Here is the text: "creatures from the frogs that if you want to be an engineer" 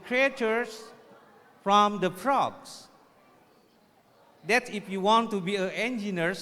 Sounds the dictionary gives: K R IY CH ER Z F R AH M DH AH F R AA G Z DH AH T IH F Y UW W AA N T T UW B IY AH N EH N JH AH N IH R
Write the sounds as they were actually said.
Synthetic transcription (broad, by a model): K R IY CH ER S F R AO M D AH P R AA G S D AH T IH F Y UW W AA N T T UW B IY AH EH N JH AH N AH R